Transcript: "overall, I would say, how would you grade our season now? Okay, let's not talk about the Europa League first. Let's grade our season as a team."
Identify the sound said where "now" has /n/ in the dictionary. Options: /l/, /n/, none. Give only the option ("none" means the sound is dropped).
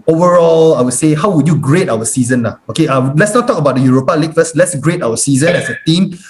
/l/